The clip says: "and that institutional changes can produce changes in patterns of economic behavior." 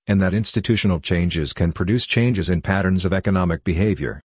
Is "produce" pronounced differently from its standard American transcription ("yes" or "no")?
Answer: no